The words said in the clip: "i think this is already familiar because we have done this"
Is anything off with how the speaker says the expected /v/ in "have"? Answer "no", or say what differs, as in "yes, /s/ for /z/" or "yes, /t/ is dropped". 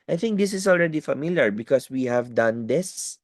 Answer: no